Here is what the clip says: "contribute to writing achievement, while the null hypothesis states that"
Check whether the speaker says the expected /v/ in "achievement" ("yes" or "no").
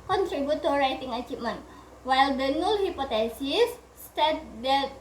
no